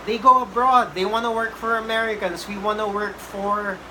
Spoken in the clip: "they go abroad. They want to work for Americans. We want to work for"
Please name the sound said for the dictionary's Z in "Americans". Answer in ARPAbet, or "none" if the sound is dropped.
S